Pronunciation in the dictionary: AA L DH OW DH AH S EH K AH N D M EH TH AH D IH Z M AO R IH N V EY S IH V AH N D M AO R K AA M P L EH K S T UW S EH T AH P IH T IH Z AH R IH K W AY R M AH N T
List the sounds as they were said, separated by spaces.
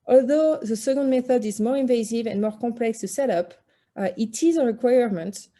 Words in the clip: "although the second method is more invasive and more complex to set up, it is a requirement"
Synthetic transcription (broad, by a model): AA L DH OW DH AH S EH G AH N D M EH TH AH D IH Z M AO R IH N V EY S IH V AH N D M AO R K AA M P L EH K S T UW S EH T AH P IH T IH Z AH R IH K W AY R M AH N T